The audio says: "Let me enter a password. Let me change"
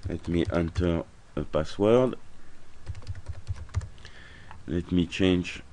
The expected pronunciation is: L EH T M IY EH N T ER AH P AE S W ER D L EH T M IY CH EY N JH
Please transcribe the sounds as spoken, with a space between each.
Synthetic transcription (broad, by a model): L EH T M IY EH N T ER AH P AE S W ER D L EH T M IY CH EY N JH